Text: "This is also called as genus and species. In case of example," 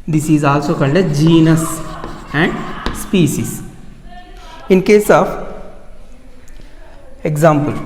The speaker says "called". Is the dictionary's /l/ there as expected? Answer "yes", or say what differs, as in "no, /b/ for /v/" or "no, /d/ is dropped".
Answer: no, /n/ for /l/